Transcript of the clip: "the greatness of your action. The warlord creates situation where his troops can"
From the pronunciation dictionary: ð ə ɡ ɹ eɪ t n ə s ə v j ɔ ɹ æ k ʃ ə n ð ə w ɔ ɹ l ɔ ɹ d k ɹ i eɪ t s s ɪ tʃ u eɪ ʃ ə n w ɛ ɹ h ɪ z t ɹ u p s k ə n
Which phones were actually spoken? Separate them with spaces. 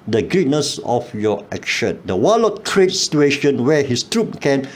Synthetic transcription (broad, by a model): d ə ɡ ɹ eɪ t n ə s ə f j ɔ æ k ʃ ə n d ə w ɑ l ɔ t k ɹ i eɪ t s s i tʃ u eɪ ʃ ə n w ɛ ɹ h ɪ s t ɹ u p k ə n